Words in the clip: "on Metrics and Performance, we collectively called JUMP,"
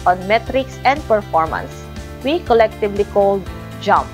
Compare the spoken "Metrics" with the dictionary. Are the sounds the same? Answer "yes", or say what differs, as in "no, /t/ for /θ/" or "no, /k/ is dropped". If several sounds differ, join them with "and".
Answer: yes